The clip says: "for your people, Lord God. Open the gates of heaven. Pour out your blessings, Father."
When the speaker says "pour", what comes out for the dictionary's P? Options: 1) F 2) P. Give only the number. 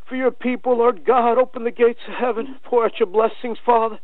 1